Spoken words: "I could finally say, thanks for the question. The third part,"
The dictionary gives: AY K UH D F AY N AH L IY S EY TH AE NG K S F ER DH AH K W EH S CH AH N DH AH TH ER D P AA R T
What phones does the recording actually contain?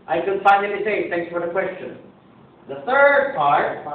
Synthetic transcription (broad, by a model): AY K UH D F AY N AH N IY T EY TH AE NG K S F ER DH AH K W EH S CH AH N DH AH TH ER D P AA R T